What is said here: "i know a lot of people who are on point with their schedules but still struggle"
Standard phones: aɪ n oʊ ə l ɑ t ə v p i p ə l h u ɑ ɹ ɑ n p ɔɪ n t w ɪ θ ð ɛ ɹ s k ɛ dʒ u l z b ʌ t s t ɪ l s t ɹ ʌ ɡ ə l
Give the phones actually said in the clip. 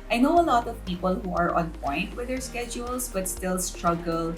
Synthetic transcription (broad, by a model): aɪ n oʊ ə l ɑ t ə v p i p ə l h u ɑ ɹ ɑ n p ɔɪ n t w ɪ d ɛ ɹ s k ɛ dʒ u l s b ʌ t s t ɪ l s t ɹ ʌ ɡ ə l